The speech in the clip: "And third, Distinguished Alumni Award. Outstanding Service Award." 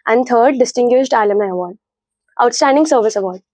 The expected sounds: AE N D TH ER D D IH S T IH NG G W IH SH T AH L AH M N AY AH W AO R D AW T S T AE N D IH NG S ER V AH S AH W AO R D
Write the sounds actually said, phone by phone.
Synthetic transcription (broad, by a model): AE N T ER D D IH S T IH NG G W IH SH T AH L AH M AY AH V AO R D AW T S T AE N D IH NG S ER V AH S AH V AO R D